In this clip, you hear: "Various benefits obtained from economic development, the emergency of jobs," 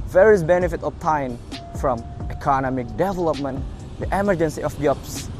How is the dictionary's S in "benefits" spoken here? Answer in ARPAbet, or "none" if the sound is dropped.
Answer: none